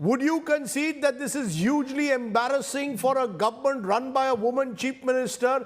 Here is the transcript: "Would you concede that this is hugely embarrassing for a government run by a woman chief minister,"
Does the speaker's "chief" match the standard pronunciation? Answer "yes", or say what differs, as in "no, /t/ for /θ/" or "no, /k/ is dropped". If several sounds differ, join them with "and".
no, /p/ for /f/